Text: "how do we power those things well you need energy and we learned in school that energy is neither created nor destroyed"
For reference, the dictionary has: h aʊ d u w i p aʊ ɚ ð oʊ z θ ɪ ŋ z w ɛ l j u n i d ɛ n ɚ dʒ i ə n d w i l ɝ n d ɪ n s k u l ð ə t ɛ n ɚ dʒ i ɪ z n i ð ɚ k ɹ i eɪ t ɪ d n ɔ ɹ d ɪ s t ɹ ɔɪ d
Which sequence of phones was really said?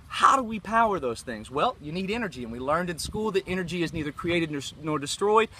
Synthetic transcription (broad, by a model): h aʊ d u w i p aʊ ɚ ð oʊ z θ ɪ ŋ z w ɛ l j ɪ n i d ɛ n ɚ dʒ i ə n w i l ɝ n d ɪ n s k u l ð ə t ɛ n ɚ dʒ i ɪ z n i ð ɚ k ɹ i eɪ t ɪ d n ɔ ɹ d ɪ s t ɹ ɔɪ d